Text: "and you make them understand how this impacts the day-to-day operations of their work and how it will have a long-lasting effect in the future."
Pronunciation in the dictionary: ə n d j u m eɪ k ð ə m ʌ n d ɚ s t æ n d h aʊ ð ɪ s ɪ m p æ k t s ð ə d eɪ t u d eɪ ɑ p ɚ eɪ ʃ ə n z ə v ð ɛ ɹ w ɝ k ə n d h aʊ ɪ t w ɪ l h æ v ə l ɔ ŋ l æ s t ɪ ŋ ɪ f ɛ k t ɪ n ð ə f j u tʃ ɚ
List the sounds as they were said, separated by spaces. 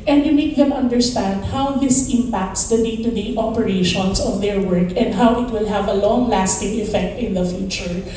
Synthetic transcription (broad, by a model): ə n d j u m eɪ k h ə m ʌ n d ɚ s t æ n d h aʊ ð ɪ s ɪ m p æ k t s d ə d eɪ t u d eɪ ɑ p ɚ eɪ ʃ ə n s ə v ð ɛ ɹ w ɝ k ə n d h aʊ ɪ t w ɪ l h æ v ə l ɔ ŋ l æ s t ɪ ŋ ɪ f ɛ k t ɪ n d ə f j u tʃ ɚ